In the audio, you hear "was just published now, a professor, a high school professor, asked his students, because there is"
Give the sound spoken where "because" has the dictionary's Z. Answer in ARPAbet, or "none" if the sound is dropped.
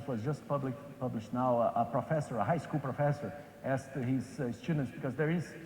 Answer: Z